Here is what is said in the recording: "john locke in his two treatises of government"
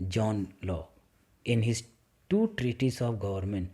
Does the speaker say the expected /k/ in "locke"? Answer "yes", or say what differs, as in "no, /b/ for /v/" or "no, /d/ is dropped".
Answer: no, /k/ is dropped